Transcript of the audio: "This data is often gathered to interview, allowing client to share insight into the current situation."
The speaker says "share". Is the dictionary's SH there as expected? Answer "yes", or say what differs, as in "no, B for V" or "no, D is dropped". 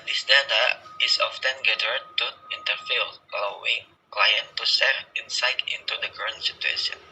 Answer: no, S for SH